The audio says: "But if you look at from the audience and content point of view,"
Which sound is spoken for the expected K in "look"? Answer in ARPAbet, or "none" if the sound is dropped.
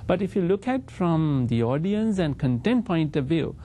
K